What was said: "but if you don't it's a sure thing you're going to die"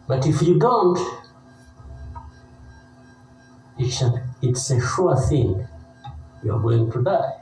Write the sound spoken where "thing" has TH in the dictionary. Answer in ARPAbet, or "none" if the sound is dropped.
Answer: TH